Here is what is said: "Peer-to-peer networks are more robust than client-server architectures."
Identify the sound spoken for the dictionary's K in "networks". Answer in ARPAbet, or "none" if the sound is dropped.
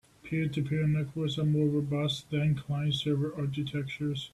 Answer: none